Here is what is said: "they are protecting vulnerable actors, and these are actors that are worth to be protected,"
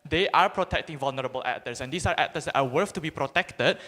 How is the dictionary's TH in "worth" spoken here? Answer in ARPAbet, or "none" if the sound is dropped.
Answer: F